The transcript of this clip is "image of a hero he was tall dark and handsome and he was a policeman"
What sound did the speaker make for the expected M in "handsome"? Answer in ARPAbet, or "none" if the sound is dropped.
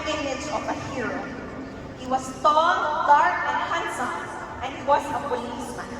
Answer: none